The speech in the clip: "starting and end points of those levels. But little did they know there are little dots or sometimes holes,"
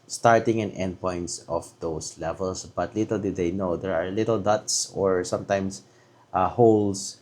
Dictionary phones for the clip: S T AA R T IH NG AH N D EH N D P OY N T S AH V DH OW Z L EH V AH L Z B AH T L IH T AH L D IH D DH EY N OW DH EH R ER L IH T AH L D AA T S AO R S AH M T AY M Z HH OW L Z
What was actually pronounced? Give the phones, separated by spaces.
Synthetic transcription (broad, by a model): S T AA R T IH NG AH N EH N D P OY N T S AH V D OW S L EH V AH L S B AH T L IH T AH L D IH D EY N OW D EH R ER L IH T AH L D AA T S AO R S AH M T AY M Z HH OW L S